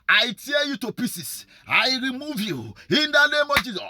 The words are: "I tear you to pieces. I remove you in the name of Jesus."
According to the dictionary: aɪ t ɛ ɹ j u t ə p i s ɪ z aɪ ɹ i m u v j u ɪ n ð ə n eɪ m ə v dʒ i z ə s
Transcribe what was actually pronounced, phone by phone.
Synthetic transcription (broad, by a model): aɪ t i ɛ j u t ə p i s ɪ s aɪ ɹ i m u v j u ɪ n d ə n eɪ m ə v dʒ i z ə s